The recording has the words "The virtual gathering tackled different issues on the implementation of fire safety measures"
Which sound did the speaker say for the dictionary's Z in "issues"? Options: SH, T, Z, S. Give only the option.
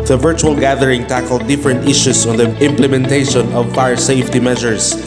S